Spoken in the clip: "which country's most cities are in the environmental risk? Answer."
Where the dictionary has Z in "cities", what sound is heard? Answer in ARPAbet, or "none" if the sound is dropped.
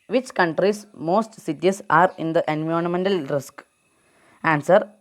S